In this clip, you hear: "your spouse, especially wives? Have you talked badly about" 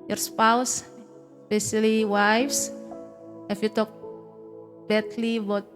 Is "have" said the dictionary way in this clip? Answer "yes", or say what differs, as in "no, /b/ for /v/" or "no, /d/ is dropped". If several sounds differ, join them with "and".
no, /f/ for /v/